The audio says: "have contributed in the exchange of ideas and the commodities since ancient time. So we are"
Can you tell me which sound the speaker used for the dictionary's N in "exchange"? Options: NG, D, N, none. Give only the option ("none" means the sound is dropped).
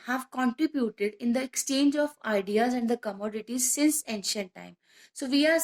N